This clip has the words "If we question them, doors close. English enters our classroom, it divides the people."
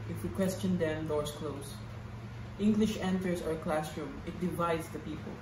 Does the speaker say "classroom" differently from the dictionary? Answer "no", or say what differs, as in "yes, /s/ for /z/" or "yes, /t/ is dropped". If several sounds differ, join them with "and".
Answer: no